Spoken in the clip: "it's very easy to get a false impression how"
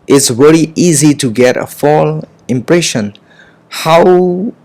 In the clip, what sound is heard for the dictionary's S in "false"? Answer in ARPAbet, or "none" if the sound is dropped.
none